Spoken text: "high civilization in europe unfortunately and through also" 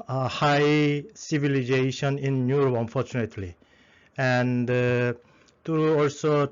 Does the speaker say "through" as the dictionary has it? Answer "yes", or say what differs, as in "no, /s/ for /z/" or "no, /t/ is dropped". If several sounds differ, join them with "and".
no, /t/ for /θ/